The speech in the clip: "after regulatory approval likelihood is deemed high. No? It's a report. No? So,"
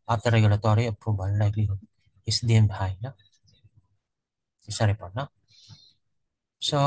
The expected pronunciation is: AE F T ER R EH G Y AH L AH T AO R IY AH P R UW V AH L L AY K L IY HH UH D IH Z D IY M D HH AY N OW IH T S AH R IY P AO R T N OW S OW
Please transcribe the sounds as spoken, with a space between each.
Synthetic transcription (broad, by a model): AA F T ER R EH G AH L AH T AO R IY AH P R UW B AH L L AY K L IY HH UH IH S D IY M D HH AY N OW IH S AH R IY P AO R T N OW S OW